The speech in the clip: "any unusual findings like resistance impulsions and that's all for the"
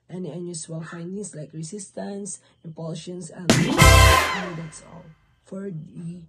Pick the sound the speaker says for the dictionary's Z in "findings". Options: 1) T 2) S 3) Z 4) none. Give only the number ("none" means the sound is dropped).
2